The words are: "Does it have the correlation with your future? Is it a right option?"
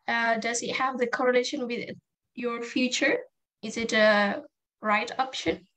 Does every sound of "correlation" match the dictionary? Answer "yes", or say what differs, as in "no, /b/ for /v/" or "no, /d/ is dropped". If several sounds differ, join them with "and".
yes